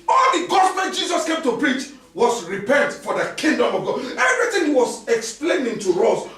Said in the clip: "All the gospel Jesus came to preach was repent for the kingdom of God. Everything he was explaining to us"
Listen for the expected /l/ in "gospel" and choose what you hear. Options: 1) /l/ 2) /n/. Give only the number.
2